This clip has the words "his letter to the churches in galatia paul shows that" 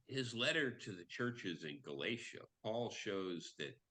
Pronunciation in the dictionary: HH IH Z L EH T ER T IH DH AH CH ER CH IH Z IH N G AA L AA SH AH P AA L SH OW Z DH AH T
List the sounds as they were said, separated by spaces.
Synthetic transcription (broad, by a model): HH IH Z L EH T ER T IH DH AH CH ER CH IH Z IH N G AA L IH SH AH P AA L SH OW Z DH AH T